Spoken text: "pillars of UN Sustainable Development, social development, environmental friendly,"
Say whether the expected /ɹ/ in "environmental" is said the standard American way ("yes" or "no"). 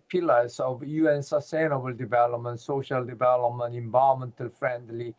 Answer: no